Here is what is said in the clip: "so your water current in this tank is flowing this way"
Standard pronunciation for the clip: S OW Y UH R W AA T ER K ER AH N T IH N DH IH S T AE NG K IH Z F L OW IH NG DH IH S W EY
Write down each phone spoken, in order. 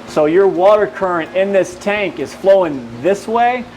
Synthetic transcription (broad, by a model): S OW Y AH R W AA T ER K ER AH N T IH N DH IH S T AE NG K IH Z F L OW IH NG DH IH S W EY